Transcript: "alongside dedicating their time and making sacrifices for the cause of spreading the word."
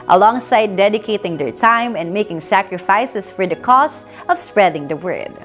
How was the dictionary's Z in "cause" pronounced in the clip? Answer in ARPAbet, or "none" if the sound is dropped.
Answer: S